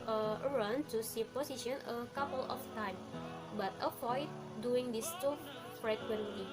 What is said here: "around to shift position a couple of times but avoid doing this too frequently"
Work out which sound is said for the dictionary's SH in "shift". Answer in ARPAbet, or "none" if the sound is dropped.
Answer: S